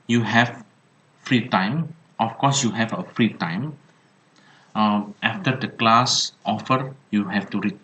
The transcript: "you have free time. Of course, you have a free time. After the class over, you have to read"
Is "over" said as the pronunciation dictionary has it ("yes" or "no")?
no